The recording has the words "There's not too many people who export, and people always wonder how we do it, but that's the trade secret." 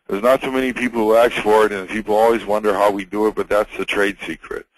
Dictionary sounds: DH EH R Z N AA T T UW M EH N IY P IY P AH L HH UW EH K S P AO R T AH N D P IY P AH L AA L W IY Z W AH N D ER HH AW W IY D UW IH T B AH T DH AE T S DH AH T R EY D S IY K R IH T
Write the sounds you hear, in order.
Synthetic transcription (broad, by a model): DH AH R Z N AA T S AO M EH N IY P IY P L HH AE K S F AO R T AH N P IY P L AA L W IY Z W AH N D ER HH AW W IY D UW IH T B AH T DH AE T S DH AH T R EY D S IY K R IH T